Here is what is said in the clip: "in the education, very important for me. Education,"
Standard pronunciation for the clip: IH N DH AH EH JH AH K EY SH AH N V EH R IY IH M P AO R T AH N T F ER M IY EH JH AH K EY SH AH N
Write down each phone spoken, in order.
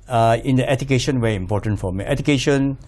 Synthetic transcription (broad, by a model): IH N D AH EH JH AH K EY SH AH N W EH IY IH M P AO T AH N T F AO M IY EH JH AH K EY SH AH N